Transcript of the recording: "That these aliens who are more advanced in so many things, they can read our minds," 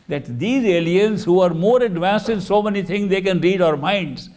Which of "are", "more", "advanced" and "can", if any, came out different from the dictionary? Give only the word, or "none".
none